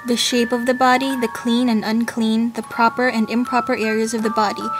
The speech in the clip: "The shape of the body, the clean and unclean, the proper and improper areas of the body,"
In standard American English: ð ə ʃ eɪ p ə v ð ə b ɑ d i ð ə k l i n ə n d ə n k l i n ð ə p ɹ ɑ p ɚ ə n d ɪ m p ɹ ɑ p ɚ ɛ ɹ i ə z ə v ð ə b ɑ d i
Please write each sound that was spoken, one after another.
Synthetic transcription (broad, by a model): ð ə ʃ eɪ p ə v ð ə b ɑ d i ð ə k l i n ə n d ə n k l i n ð ə p ɹ ɑ p ɚ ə n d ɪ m p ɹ ɑ p ɚ ɛ ɹ i ə z ə v ð ə b ɑ d i